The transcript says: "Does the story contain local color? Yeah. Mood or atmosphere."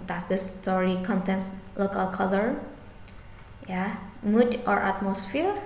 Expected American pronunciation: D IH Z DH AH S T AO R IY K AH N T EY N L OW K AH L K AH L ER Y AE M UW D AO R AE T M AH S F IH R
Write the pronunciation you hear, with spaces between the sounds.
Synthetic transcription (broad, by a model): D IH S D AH S T AO R IY K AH N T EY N L OW K AH L K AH L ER Y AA M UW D AO R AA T M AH S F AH R